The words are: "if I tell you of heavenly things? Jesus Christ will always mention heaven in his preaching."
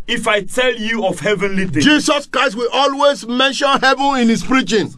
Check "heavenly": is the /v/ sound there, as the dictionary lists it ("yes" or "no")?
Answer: yes